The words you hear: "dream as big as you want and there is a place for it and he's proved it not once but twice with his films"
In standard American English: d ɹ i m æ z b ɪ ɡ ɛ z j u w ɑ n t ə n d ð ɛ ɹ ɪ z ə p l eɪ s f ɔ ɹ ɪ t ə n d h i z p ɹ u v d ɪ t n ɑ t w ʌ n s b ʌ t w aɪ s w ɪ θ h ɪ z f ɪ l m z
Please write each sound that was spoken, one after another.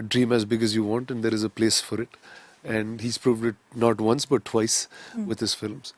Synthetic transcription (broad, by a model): d ɹ i m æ z b ɪ ɡ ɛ z j u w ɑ n t ə n d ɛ ɹ ɪ z ə p l eɪ s f ɔ ɹ ɪ t ə n d h i z p ɹ u v d ɪ t n ɑ t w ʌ n s b ʌ t w aɪ s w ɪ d h ɪ z f ɪ l m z